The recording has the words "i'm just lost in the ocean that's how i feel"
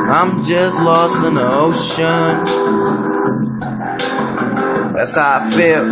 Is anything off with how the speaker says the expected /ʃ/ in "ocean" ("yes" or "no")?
no